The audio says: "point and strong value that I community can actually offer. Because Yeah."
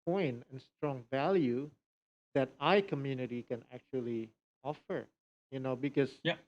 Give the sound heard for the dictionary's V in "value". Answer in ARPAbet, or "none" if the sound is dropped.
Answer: V